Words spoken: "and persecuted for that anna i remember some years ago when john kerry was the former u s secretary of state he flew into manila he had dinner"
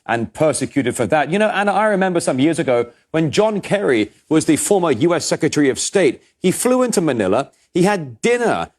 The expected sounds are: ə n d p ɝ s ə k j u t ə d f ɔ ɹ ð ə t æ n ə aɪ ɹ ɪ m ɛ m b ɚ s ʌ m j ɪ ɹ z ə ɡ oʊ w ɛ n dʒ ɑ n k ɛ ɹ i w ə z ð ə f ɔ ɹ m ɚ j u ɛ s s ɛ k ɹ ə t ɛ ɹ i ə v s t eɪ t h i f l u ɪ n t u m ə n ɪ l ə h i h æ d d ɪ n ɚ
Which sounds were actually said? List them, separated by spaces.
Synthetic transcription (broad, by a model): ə n p ɝ s ə k j u t ə d f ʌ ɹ ð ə t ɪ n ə aɪ ɹ ɪ m ɛ m b ɚ s ʌ m j ɪ ɹ z ə ɡ oʊ w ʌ n dʒ ɑ n k ɛ ɹ i w ə z ð ə f ɔ ɹ m ɚ j u ɛ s s ɛ k ɹ ə t ɛ ɹ i ə v s t eɪ t h i f l u ɪ n t u m ə n ɪ l ə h i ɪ d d ɪ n ɚ